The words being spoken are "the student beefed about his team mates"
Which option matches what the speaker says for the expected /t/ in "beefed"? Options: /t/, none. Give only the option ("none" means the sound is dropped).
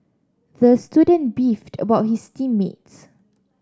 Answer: /t/